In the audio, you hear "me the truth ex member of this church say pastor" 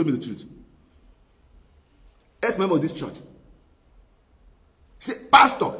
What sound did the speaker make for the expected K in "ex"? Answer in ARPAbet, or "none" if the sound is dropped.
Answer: none